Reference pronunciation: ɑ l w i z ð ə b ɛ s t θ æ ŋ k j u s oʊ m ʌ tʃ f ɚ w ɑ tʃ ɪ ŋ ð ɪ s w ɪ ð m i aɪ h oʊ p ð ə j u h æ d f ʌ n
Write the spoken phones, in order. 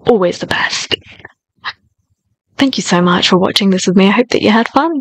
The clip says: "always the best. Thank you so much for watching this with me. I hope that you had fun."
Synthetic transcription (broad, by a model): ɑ l w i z ð ə b ɛ s t θ æ ŋ k j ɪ s oʊ m ʌ tʃ f ɚ w ɑ tʃ ɪ ŋ ð ɪ s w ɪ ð m i aɪ h oʊ p ð ə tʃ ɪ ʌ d f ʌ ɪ